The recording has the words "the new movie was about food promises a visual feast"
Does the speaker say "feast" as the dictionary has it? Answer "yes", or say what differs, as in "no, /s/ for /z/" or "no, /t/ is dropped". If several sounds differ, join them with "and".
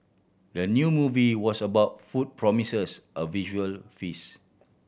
no, /t/ is dropped